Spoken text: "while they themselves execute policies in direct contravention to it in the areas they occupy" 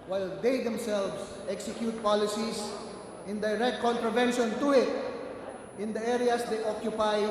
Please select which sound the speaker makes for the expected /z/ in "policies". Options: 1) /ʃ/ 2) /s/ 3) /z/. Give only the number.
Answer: 2